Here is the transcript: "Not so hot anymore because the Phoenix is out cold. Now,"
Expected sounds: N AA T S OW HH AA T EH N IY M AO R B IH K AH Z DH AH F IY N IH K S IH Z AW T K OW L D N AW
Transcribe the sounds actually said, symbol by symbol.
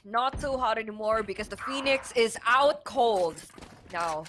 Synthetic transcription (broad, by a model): N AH T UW HH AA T EH N IY M AO R B IH K AH Z DH AH F IY N IH K S IH Z AW T K OW L D N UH